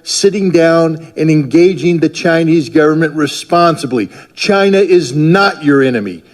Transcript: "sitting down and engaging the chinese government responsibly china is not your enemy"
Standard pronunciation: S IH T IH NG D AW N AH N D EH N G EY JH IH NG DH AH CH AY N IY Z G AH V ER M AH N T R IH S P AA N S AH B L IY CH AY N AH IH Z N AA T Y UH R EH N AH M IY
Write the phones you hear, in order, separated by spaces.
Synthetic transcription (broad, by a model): S IH T IH NG D AW N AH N EH N G EY JH IH NG DH AH CH AY N IY Z G AH V ER M AH N T R IH S P AA N S AH B L IY CH AY N AH IH Z N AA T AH R EH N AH M IY